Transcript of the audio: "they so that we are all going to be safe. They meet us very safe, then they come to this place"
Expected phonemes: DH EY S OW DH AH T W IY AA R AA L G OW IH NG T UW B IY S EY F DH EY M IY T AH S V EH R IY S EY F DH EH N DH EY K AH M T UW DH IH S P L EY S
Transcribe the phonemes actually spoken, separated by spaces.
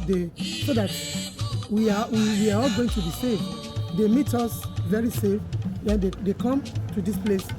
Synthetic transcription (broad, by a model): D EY S OW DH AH T W IY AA W AA L G OW IH NG T UW B IY S EY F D EY M IY T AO S V EH R IY S EY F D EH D EY K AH M T UW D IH S P L EY S